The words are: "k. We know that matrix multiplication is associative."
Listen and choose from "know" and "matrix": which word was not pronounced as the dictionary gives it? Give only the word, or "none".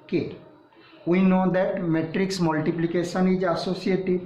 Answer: none